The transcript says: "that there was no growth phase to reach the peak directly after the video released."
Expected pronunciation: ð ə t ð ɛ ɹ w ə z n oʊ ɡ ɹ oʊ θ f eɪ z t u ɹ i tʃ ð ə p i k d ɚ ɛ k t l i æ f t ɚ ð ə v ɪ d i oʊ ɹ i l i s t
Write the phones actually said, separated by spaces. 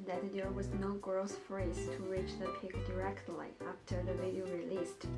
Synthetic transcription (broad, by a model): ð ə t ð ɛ ɹ w ə z n oʊ ɡ ɹ oʊ s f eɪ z t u ɹ i tʃ ð ə p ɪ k d ɚ ɛ k t l i æ f t ɚ ð ə v ɪ d i oʊ ɹ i l i s t